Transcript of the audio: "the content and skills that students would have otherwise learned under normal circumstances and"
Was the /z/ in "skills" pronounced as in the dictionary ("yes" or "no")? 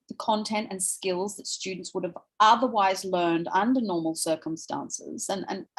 yes